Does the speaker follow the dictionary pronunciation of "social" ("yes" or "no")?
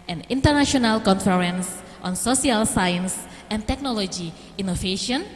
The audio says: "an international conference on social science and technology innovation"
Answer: no